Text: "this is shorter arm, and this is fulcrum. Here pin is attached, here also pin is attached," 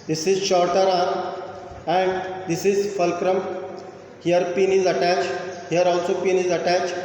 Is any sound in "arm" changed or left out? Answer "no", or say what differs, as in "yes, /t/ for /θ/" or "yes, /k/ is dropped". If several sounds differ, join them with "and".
yes, /m/ is dropped